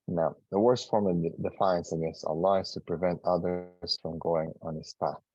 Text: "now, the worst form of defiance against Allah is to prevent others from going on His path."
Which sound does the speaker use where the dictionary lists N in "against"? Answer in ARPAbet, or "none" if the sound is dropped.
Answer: none